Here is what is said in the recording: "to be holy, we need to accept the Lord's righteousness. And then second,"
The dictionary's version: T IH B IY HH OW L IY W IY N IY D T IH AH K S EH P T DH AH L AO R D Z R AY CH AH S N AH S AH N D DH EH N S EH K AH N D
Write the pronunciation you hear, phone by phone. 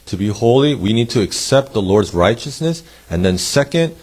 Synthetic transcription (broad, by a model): T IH B IY HH OW L IY W IY N IY D T IH AH K S EH P T DH AH L AO R D Z R AY CH AH S N AH S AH N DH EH N S EH K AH N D